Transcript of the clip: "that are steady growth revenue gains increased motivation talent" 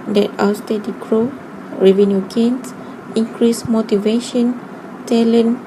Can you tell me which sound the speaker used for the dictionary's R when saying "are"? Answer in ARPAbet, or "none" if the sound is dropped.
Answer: W